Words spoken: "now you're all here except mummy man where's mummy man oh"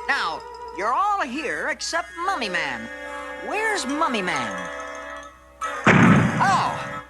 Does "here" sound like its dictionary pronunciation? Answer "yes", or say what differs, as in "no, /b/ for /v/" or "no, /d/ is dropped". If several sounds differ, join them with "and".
yes